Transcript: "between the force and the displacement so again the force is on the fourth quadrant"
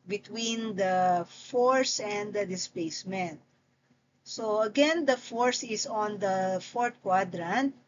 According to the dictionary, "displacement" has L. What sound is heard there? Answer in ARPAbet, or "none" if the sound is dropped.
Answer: L